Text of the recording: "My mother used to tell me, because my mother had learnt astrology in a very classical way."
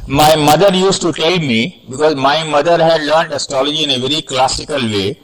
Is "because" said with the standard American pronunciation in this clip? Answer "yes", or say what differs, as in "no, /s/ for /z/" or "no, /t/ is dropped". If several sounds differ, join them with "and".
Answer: yes